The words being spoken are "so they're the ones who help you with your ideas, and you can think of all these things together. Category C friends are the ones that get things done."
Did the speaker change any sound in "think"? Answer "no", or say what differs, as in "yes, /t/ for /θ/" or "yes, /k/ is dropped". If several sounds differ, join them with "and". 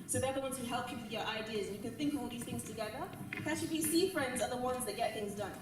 no